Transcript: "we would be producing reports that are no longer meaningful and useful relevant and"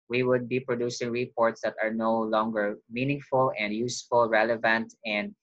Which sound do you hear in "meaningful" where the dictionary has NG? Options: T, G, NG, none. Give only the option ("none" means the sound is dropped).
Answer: NG